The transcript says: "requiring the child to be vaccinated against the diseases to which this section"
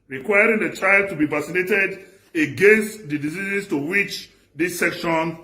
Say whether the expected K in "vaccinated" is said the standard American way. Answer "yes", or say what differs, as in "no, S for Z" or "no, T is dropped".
no, K is dropped